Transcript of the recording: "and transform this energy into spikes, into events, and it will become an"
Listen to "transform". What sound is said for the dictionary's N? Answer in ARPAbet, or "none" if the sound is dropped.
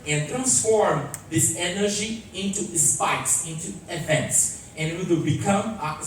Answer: N